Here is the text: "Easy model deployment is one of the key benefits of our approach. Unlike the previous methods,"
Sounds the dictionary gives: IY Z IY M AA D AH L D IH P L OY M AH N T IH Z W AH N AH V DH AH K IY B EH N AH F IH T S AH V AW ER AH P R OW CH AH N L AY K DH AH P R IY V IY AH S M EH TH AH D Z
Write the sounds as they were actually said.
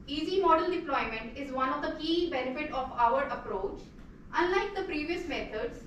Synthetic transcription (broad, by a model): IY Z IY M AA D AH L D IH P L OY M AH N T IH Z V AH N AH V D AH K IY B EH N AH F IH T AH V AW ER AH P R OW CH AH N L AY K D AH P R IY V IY AH S M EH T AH D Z